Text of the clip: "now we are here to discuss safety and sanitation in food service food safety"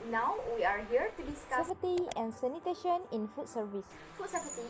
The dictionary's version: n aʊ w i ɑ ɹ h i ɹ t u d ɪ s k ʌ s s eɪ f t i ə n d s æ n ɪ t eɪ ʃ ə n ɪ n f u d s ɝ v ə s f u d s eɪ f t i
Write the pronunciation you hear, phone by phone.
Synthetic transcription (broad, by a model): n aʊ w i ɑ ɹ h i ɹ t u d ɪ s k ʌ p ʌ t i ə n s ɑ n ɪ t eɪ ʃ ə n ɪ n f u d s ɝ v ə s f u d s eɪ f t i